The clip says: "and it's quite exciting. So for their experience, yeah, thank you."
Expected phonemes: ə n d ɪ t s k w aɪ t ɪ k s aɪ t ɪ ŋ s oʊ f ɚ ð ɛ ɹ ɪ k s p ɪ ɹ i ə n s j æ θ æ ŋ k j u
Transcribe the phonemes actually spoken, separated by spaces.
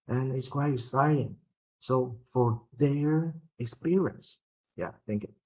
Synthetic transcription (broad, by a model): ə n ɪ t s k w aɪ t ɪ s aɪ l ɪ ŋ s oʊ f ɚ ð ɛ ɹ ɪ k s p ɪ ɹ i ə n s j æ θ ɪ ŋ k